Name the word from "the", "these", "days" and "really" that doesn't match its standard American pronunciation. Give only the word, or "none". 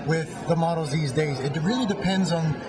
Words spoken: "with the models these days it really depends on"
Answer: none